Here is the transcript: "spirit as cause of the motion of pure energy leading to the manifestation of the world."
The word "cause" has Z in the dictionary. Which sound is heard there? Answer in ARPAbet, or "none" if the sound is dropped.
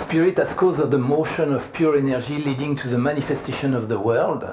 Z